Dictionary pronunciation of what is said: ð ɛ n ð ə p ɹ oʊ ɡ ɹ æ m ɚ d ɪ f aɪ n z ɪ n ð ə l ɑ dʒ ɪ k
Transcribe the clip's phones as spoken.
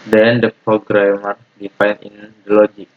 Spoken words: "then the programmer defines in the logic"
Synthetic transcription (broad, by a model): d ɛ n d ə p ɹ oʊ ɡ ɹ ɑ m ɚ d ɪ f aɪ n ɪ n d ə l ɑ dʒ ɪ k